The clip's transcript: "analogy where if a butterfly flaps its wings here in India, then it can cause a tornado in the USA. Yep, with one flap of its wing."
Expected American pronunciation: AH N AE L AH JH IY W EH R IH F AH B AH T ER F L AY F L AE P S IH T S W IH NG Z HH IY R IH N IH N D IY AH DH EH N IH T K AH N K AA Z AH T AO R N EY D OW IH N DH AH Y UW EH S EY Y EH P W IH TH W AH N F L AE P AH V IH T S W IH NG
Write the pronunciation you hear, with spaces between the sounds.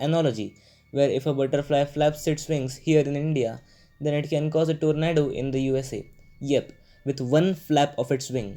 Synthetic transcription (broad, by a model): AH N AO L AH JH IY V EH R IH F AH B AH T ER F L AY F L AE P S IH T S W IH NG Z HH IY R IH N IH N D IY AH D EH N IH T K AH N K AA Z AH T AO R N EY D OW IH N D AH Y UW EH S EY Y EH P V IH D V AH N F L AE P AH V IH T S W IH NG